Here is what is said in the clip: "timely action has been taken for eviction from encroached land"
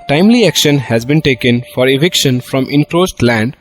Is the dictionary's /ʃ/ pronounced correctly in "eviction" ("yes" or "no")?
yes